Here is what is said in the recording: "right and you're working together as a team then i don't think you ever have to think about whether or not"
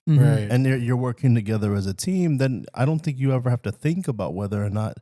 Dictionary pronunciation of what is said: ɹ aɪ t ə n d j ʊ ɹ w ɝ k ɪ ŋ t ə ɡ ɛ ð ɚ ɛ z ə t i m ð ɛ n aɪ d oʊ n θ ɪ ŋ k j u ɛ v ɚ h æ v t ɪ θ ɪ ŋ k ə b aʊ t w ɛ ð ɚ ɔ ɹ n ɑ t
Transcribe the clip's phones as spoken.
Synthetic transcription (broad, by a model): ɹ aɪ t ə n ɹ j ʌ ɹ w ɝ k ɪ ŋ t ə ɡ ɛ ð ɚ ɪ z ə t i m ð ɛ n aɪ d oʊ n θ ɪ ŋ k j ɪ ɛ v ɚ h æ f t ɪ θ ɪ ŋ k ə b aʊ t w ɛ ð ɚ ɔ ɹ n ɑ t